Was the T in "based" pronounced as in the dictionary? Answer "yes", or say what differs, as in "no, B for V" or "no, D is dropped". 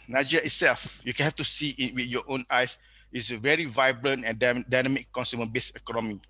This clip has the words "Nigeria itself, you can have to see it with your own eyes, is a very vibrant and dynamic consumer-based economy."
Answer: no, T is dropped